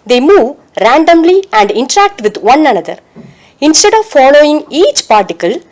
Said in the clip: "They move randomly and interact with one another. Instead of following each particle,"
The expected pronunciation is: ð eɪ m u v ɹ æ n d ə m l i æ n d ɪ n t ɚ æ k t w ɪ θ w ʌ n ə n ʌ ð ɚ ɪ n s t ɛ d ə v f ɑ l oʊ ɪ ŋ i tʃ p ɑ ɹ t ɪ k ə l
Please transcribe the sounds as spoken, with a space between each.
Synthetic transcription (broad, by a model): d eɪ m u v ɹ æ n d ə m l i æ n d ɪ n t ɚ æ k t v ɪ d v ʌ n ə n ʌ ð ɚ ɪ n s t ɛ d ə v f ɑ l oʊ ɪ ŋ i tʃ p ɑ ɹ t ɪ k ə l